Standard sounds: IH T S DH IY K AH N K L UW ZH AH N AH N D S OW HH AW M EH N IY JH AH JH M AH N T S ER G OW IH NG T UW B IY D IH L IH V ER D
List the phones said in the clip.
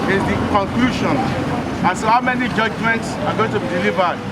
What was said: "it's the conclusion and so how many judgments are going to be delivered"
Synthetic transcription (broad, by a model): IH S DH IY K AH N K L UW SH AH N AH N S OW HH AW M EH N IY JH AH JH M AH N T S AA G OW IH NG T UW B IY D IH L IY V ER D